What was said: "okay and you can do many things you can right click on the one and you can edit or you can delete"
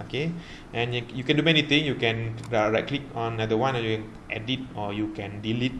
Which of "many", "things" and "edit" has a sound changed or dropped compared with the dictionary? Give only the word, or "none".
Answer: things